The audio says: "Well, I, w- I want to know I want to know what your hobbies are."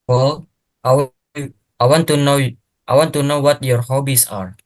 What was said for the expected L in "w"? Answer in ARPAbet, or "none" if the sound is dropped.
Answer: none